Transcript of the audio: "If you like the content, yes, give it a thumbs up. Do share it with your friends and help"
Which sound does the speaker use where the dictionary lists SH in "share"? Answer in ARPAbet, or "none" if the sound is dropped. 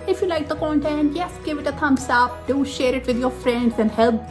SH